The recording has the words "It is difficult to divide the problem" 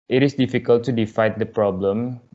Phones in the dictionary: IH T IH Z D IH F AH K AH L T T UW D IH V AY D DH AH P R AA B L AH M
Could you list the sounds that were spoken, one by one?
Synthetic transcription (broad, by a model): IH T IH S D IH F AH K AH L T T UW D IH F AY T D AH P R AA B L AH M